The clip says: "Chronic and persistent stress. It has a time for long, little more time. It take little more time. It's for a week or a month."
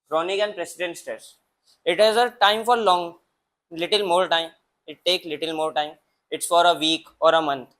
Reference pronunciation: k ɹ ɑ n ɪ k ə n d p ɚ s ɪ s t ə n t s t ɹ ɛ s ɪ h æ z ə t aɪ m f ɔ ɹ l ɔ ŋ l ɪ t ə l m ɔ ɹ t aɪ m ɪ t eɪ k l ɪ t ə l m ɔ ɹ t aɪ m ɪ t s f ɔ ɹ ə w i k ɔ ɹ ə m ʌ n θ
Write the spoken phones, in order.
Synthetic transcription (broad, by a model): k ɹ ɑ n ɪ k ə n d p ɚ s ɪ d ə n t s t ɛ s ɪ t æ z ə t aɪ m f ɔ ɹ l ɔ ŋ l ɪ t ə l m ɔ ɹ t aɪ m ɪ t eɪ k l ɪ t ə l m ɔ ɹ t aɪ m ɪ t s f ɔ ɹ ə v i k ɔ ɹ ə m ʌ n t